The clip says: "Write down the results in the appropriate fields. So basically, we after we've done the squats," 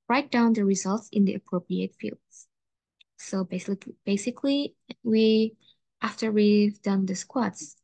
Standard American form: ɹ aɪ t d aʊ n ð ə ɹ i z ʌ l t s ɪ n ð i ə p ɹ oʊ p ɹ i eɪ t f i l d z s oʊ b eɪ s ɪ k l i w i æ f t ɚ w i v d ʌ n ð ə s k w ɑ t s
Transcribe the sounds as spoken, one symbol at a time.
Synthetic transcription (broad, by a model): ɹ aɪ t d aʊ n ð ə ɹ i z ʌ l t s ɪ n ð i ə p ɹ oʊ p ɹ i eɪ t f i l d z s oʊ b eɪ s ɪ k l i w i æ f t ɚ w i v d ʌ n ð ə s k w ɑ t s